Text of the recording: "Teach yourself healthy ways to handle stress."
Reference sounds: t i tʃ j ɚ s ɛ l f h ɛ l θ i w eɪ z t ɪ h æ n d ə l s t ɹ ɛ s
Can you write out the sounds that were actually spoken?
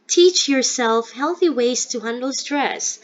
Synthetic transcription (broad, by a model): t i tʃ j ɚ s ɛ l f h ɛ l θ i w eɪ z t ɪ h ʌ n d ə l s t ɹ ɛ s